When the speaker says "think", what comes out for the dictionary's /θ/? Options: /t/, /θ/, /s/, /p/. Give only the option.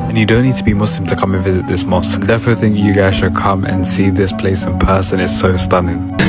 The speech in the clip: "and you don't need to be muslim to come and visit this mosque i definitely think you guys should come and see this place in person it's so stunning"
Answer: /θ/